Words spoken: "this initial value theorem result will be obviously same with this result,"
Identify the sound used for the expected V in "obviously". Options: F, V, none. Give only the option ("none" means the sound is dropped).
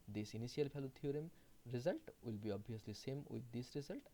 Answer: none